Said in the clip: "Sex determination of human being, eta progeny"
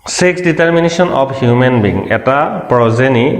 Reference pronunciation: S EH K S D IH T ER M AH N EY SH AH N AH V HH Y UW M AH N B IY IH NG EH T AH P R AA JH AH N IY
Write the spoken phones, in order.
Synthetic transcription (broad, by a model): S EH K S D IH T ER M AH N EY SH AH N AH P HH Y UW M AH N B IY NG EH T AH P R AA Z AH N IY